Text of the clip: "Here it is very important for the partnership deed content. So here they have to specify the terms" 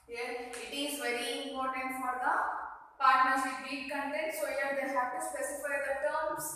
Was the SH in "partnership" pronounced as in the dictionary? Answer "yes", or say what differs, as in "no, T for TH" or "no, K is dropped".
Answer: no, S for SH